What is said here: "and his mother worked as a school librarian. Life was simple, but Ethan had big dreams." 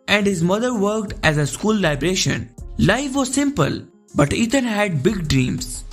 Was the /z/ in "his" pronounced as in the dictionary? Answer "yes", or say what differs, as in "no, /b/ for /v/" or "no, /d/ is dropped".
yes